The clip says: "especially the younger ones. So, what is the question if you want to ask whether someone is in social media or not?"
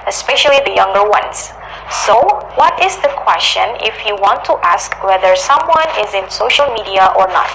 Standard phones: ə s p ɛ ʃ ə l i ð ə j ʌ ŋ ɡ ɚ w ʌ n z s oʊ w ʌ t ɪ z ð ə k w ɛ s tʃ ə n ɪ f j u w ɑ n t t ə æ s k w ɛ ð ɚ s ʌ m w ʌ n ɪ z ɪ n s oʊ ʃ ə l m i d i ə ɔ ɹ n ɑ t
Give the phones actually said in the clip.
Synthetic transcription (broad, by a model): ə s p ɛ ʃ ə l i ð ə j ʌ ŋ ɡ ɚ w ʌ n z s oʊ w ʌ t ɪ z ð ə k w ɛ s tʃ ə n ɪ f j u w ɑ n t t ə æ s k w ɛ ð ɚ s ʌ m w ʌ n ɪ z ɪ n s oʊ ʃ ə l m i d i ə ɔ ɹ n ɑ t